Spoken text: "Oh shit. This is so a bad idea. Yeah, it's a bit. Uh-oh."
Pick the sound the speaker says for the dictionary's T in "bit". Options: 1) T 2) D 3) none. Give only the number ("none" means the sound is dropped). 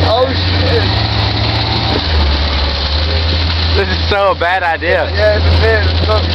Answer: 3